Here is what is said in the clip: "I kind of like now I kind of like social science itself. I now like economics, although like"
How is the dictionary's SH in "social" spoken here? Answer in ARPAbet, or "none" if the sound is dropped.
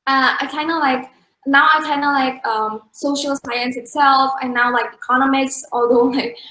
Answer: SH